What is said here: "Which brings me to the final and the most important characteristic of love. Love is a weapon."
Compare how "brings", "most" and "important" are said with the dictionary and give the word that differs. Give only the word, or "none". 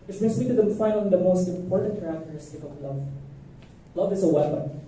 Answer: brings